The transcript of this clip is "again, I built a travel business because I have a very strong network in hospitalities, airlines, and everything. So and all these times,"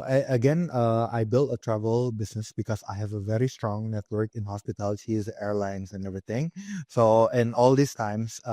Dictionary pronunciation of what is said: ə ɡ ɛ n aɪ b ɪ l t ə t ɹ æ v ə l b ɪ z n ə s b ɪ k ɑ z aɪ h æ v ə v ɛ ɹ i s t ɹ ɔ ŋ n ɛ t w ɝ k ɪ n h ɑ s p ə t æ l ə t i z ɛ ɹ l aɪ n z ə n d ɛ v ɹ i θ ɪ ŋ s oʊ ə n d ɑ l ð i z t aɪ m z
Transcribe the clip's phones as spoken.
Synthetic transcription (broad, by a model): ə ɡ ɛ n aɪ b ɪ l t ə t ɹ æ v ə l b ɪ s n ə s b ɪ k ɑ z aɪ h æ v ə v ɛ ɹ i s t ɹ ɔ ŋ n ɛ t w ɝ k ɪ n h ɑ s p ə t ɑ l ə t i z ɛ ɹ l aɪ n s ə n ɛ v ɹ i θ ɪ ŋ s oʊ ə n ɑ l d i s t aɪ m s